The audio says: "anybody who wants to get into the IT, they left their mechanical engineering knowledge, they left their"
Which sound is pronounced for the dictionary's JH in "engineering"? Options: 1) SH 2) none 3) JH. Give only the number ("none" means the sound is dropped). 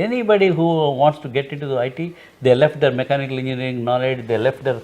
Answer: 2